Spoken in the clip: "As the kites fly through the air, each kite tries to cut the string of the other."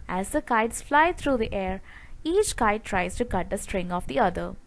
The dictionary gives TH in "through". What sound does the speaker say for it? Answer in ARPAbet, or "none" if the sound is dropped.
T